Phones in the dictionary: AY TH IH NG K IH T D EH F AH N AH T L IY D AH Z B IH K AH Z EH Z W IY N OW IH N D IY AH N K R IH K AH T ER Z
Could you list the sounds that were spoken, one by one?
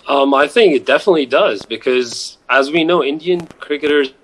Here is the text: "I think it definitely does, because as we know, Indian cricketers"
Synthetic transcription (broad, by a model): AY TH IH NG K IH T D EH F AH N AH T L IY D AH Z B IH K AH Z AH Z W IY N OW IH N D IY AH N K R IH K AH T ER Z